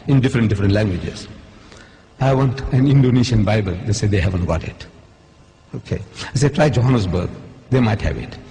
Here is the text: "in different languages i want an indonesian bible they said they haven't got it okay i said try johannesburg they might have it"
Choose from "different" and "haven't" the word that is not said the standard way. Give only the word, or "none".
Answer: none